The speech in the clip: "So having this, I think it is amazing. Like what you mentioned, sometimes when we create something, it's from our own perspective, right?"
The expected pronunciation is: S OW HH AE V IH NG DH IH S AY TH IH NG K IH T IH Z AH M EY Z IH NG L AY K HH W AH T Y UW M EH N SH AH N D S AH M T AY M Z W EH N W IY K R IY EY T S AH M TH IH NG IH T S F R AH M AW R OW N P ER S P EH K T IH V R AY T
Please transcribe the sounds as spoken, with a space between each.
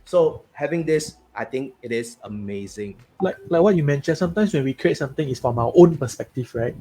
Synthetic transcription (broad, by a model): S OW HH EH V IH NG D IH S AY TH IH NG K IH T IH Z AH M EY Z IH NG L AY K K W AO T Y UW M EH N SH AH N S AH M T AY M S W EH N W IY K R IY EY T S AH M T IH NG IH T S F R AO M AW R OW N P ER S P EH K T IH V R AY T